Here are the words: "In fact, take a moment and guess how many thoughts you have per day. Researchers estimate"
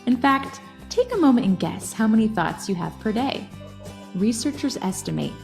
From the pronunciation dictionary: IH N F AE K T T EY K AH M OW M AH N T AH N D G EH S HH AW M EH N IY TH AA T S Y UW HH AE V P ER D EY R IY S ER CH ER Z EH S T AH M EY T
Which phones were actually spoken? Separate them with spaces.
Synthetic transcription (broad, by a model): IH N F AE K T T EY K AH M OW M AH N T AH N G EH S HH AW M EH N IY TH AA T S Y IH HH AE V P ER D EY R IY S ER CH ER Z EH S T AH M EY T